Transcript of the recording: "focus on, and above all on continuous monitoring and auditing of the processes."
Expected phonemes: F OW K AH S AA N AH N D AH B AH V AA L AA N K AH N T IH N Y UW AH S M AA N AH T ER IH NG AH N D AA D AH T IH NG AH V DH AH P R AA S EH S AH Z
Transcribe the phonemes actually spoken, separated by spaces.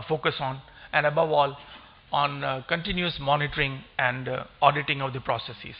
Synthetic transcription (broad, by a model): F OW K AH S AA N AH N D AH B AH V AA L AA N K AH N T IH N Y UW AH S M AA N AH T ER IH NG AH N D AA D AH T IH NG AH V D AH P R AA S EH S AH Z